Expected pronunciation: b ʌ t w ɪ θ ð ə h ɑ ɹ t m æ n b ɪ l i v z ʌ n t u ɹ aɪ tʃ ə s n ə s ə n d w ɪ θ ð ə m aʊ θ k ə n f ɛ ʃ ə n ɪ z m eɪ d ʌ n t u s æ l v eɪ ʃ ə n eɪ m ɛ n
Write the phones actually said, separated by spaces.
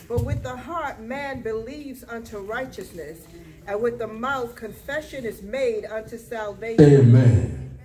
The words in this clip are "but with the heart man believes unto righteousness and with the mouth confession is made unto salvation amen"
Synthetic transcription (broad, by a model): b ʌ t w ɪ ð ə h ɑ ɹ t m æ n b ɪ l i v z ʌ n t u ɹ aɪ tʃ ə s n ə s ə n w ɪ ð ə m aʊ θ k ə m f ɛ ʃ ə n ɪ z m eɪ d ʌ n t u s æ l v eɪ ə eɪ m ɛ n